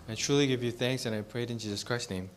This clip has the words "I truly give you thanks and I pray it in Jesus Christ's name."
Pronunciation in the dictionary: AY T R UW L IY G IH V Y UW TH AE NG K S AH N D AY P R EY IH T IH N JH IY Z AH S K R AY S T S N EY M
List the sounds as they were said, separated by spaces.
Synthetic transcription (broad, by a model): AY T R UW L IY G IH V Y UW TH AE NG K S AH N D AY P R EY IH T IH N JH IY Z AH S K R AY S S N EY M